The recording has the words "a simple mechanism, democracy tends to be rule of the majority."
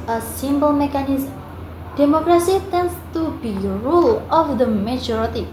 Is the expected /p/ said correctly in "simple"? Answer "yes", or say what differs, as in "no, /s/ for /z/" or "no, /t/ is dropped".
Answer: no, /b/ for /p/